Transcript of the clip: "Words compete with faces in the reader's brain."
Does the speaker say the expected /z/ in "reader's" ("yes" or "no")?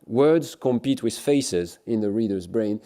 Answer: yes